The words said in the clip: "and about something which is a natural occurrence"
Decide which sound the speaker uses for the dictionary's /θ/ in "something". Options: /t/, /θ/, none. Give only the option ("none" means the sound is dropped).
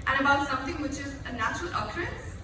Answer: /t/